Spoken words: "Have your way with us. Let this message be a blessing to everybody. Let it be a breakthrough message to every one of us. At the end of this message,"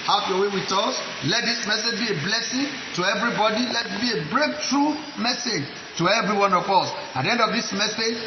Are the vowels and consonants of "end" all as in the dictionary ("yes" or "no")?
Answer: yes